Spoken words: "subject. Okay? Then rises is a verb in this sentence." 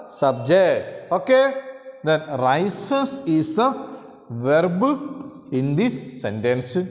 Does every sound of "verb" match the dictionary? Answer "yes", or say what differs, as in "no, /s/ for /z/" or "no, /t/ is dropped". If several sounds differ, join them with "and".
yes